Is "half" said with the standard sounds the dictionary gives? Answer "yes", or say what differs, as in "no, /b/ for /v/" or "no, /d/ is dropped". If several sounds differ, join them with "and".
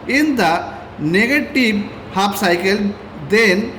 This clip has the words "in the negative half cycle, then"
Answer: no, /p/ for /f/